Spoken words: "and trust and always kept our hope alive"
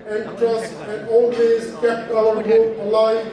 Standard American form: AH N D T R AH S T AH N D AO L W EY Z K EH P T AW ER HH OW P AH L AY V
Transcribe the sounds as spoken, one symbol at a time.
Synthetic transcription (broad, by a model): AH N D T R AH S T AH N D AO L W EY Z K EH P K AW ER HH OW AH L AY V